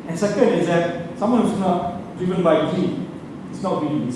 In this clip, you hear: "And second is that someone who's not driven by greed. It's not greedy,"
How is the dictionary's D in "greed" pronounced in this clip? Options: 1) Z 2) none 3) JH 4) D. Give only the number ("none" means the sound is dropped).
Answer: 2